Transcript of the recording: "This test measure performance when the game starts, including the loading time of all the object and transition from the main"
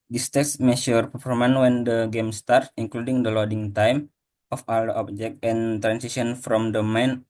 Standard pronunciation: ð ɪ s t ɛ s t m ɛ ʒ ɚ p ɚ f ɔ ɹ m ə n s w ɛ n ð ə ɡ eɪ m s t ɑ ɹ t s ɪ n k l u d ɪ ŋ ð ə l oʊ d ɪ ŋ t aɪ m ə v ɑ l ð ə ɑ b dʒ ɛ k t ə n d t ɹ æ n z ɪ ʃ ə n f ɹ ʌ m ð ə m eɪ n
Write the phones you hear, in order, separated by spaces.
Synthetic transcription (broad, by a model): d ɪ s t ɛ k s m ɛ ʃ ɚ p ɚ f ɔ m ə n w ɛ n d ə ɡ eɪ m s t ɑ ɹ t ɪ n k l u d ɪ ŋ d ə l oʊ d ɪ ŋ t aɪ m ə f ɑ l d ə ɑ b dʒ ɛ k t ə n t ɹ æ n s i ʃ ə n f ɹ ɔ m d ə m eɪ n